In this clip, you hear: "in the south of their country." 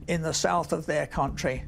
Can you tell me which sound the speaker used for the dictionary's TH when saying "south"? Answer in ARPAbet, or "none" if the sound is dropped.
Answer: TH